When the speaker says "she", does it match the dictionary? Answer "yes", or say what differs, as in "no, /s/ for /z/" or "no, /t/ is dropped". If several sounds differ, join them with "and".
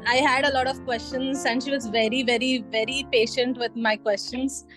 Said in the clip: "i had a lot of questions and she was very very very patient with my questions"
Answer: yes